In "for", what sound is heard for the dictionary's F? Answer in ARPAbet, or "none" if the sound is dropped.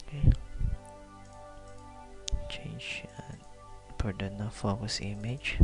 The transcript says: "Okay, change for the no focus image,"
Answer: P